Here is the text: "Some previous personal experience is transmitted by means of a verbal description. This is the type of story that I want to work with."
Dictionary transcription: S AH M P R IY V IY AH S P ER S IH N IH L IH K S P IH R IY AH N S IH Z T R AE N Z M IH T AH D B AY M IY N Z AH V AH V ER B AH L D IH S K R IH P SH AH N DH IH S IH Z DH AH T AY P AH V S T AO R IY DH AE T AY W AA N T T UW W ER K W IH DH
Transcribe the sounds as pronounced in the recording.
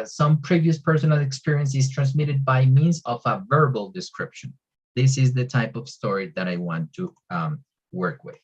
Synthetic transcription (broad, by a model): S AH M P R IY V IY AH S P ER S IH N IH L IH K S P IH R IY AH N S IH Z T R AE N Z M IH T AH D B AY M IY N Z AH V AH V ER B AH L D IH S K R IH P SH AH N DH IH S IH Z DH AH T AY P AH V S T AO R IY DH AE T AY W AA N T T UW W ER K W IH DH